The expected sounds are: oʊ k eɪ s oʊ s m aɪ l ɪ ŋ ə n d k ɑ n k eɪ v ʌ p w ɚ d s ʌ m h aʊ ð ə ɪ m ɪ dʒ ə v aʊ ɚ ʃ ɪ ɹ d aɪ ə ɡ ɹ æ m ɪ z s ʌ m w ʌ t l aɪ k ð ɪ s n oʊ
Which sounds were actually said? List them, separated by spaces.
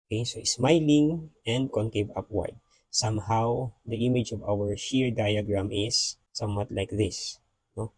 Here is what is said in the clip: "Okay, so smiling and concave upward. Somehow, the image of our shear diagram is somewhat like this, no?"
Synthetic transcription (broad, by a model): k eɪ s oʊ s m aɪ l ɪ ŋ ə n d k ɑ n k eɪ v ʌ p w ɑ d s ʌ m h aʊ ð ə ɪ m ɪ dʒ ə v aʊ ɚ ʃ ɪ ɹ d aɪ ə ɡ ɹ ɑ m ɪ s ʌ m w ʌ t l aɪ k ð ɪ s n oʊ